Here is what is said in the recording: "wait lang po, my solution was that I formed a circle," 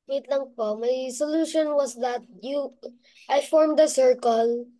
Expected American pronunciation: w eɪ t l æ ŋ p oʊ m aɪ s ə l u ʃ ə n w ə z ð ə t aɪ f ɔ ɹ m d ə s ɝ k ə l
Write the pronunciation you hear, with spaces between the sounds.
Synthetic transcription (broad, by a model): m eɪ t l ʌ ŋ p oʊ m aɪ s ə l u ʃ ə n w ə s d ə t aɪ f ɔ ɹ m d ə s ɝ k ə l